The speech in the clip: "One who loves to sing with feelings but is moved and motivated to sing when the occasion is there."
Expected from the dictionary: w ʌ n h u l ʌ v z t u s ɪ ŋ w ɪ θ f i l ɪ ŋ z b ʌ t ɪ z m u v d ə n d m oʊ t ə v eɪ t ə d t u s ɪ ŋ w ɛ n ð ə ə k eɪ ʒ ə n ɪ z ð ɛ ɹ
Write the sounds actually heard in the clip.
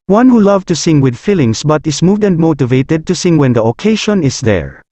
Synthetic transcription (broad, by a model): w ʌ n h u l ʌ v t u s ɪ ŋ w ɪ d f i l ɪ ŋ s b ʌ t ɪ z m u v d ə n d m oʊ t ə v eɪ t ə d t u s ɪ ŋ w ɛ n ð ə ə k eɪ ʃ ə n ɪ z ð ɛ ɹ